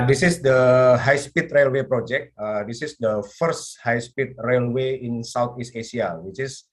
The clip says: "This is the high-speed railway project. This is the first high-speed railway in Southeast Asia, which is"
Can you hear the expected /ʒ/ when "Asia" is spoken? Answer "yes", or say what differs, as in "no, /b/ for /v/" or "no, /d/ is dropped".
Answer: no, /s/ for /ʒ/